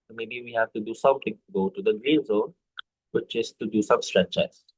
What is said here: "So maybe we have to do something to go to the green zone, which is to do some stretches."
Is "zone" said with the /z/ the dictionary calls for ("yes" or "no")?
yes